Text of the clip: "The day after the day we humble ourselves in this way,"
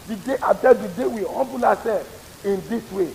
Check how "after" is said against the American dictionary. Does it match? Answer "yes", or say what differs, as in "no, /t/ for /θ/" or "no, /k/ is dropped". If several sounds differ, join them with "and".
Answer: no, /f/ is dropped